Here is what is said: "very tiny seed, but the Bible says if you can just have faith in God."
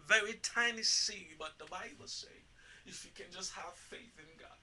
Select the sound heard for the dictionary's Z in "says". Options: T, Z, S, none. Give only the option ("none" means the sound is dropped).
none